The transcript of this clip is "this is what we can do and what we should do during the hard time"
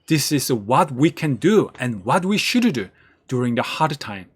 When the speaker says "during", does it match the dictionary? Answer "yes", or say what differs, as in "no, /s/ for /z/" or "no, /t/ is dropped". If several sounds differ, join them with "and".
yes